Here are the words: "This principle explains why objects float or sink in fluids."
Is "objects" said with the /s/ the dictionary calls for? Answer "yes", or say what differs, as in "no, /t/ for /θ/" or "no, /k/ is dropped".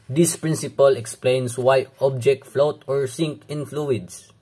no, /s/ is dropped